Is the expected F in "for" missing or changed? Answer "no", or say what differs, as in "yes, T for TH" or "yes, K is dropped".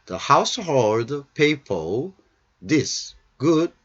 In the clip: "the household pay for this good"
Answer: yes, P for F